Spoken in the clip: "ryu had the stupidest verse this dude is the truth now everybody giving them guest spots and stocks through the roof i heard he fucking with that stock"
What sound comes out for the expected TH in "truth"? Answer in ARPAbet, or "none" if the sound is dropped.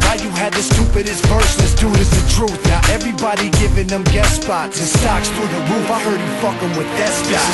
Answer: TH